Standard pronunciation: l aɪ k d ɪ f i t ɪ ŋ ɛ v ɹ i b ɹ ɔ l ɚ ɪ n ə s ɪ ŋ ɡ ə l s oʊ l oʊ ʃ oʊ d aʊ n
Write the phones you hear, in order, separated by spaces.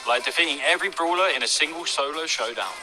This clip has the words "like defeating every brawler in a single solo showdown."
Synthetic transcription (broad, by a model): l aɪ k d ɪ f i t ɪ ŋ ɛ v ɹ i b ɹ ɔ l ɚ ɪ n ə s ɪ ŋ ɡ ə l s oʊ l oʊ ʃ oʊ d aʊ n